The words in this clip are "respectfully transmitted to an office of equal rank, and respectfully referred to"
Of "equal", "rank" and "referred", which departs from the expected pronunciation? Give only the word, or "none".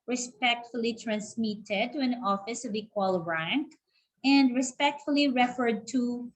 none